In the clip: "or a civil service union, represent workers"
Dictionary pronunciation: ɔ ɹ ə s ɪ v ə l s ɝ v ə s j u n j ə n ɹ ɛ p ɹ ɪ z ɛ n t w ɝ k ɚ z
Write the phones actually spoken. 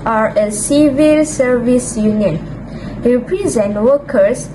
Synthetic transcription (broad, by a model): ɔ ɹ ə s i v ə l s ɝ v ə s j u n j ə n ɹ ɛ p ɹ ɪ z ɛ n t w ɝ k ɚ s